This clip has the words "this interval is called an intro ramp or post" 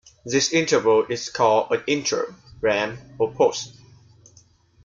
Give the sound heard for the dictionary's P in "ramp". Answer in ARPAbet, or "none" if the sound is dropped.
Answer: none